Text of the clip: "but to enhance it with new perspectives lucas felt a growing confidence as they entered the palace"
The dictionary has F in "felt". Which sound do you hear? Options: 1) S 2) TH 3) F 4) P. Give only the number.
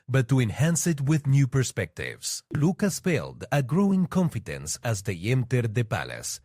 4